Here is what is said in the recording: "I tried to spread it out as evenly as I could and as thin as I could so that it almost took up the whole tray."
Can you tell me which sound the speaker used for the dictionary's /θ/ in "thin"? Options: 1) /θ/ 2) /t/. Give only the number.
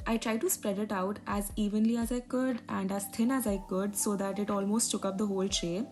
2